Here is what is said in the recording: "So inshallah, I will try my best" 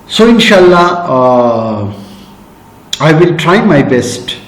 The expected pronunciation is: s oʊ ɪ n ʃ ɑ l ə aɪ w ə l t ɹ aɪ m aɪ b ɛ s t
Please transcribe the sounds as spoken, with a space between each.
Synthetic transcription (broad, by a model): s oʊ ɪ n ʃ ɑ l ə aɪ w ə l t ɹ aɪ m aɪ b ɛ s t